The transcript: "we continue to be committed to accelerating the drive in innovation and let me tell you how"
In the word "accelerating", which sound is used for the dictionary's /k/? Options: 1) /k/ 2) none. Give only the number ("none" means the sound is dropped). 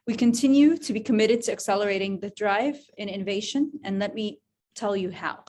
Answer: 1